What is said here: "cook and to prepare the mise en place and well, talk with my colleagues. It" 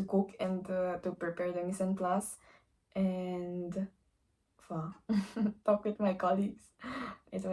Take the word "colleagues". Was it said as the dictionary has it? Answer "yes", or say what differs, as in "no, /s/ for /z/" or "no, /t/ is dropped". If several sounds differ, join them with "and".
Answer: no, /s/ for /z/